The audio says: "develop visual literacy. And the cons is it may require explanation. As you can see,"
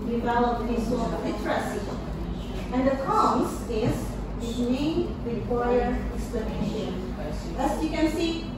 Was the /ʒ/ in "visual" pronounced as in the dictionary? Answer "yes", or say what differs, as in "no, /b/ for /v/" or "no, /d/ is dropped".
no, /s/ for /ʒ/